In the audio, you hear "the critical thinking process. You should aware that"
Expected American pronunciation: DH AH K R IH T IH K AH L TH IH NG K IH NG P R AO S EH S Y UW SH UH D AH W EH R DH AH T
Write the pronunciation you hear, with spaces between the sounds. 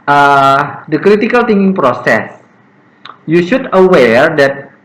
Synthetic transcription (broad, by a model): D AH K R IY T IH K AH L T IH NG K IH NG P R AO S EH S Y UW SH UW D AH W EH R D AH T